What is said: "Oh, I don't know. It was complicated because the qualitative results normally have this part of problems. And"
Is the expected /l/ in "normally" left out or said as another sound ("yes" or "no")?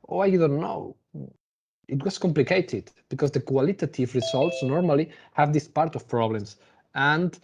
no